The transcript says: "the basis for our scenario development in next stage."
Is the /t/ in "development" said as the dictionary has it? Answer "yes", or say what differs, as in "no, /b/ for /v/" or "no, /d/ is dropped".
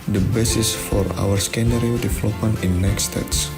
no, /t/ is dropped